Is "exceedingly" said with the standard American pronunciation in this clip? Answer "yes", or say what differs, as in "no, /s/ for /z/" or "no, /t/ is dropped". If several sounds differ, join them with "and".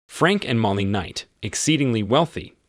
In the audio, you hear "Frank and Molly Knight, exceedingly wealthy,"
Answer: yes